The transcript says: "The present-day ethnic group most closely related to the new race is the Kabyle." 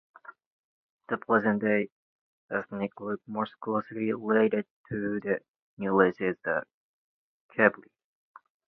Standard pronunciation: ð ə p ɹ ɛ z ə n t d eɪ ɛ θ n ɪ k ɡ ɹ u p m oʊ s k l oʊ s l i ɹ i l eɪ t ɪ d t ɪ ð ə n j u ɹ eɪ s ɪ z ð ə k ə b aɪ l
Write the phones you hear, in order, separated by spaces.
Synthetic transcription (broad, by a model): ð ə p l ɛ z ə n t d eɪ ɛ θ n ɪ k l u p m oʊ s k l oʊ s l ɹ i l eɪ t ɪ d t ɪ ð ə n j u l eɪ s ɪ z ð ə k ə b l